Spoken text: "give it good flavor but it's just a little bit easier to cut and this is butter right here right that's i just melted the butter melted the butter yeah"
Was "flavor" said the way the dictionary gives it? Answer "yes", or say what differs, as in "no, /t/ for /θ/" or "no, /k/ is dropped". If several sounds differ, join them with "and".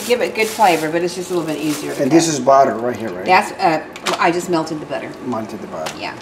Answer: yes